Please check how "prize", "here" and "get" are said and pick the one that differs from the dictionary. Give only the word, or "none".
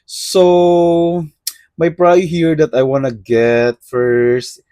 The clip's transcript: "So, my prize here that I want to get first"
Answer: prize